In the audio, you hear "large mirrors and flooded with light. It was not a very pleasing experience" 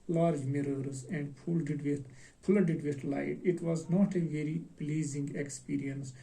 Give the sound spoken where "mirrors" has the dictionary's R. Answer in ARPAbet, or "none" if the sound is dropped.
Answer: R